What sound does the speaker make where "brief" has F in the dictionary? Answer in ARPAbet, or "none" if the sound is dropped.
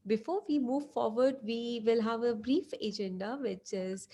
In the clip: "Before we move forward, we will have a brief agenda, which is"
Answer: F